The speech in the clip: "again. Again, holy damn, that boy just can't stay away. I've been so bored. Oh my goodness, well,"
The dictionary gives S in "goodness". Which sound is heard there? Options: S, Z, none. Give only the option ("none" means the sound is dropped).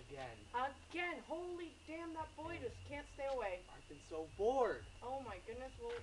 S